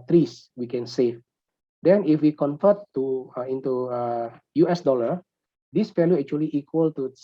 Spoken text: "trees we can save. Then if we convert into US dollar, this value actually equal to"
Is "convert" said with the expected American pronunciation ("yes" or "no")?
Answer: no